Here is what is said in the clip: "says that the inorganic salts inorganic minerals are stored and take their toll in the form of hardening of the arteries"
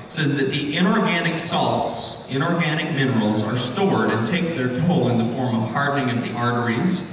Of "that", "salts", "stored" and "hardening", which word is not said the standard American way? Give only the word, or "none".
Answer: none